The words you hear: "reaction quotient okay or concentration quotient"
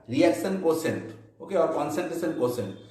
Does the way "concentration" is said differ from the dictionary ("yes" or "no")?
yes